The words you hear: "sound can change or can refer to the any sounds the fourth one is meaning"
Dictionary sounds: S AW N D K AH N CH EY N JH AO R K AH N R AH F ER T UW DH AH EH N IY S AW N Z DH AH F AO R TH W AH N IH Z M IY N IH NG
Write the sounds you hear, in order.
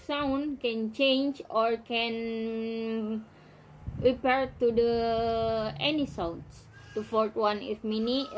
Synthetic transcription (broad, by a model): S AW N K AH N CH EY N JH AO R K AH N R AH P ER T UW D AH EH N IY S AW N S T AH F AO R T W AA N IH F M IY N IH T